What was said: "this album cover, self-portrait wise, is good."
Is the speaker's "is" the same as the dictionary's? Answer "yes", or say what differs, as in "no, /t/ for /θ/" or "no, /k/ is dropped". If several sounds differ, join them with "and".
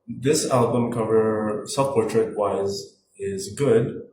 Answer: yes